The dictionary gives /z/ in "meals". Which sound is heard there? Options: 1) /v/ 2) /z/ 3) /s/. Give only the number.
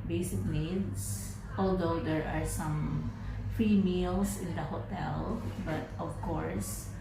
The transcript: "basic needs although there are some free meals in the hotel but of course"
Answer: 3